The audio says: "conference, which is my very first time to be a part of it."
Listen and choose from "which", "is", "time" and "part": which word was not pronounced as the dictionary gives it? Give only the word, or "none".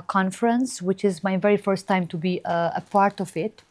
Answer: none